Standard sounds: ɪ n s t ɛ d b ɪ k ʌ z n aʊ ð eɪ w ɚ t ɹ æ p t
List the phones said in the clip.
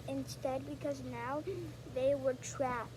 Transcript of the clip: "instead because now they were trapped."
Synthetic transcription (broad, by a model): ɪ n s t ɛ d b ɪ k ʌ z n aʊ ð eɪ w ɚ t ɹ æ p